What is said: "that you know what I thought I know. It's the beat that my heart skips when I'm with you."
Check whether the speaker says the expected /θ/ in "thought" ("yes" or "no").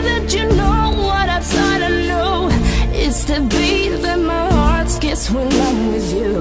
no